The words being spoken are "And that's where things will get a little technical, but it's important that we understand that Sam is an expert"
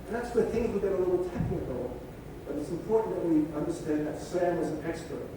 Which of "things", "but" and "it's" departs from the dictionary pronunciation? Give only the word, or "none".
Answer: none